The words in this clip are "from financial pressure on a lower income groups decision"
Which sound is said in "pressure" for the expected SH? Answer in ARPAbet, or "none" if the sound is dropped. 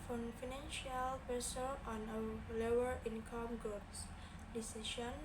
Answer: S